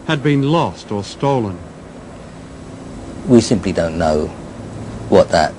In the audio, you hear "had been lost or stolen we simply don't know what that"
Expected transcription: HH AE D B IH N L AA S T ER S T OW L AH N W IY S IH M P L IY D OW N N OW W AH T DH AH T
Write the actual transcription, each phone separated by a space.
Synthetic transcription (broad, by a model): HH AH D B IH N L AA S T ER S T OW L AH N W IY S IH M P L IY D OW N N OW W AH T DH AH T